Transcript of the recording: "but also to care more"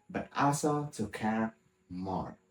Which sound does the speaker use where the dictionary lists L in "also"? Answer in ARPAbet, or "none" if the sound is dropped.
none